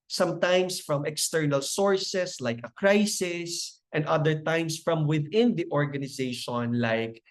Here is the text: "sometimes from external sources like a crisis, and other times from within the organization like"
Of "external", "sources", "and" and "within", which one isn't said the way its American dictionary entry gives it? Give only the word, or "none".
sources